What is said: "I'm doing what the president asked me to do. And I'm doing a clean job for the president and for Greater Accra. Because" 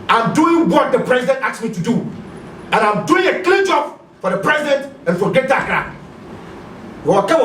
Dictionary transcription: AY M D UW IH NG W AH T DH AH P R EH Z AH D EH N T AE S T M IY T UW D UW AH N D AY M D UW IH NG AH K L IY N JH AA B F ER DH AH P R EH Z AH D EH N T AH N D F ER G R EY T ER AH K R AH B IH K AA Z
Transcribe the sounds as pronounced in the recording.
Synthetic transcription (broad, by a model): AY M D UW IH NG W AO T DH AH P R EH Z AH D EH N T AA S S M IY T UW D UW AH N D AY M D UW IH NG AH K L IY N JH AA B F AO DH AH P R EH Z AH D EH N T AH N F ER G EY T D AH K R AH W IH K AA